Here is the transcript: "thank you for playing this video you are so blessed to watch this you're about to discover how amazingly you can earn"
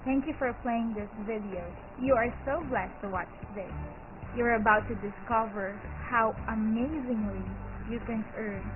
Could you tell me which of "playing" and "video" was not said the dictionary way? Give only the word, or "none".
none